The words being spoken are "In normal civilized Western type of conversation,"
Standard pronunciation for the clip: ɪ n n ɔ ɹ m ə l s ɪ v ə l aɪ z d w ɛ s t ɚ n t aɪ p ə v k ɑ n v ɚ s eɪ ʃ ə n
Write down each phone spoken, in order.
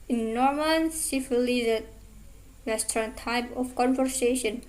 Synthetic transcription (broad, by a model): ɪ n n ɔ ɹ m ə n s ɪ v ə l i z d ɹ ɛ s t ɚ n t aɪ p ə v k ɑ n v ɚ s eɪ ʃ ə n